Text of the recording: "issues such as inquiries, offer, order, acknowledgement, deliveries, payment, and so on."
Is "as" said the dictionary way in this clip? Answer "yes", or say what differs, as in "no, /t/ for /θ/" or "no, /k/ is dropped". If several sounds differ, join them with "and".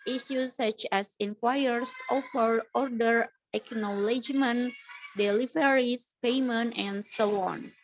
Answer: no, /s/ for /z/